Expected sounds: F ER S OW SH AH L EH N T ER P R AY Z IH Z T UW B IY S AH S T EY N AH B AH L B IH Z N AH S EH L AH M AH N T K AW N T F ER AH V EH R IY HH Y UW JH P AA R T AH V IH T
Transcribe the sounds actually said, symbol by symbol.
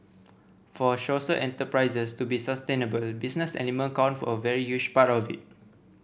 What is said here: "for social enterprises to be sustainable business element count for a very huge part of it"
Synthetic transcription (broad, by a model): F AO SH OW S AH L EH N T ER P R AY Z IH S T UW B IY S AH S T EY N AH B AH L B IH S N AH S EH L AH M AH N K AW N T F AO AH V EH R IY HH Y UW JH P AA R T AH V IH T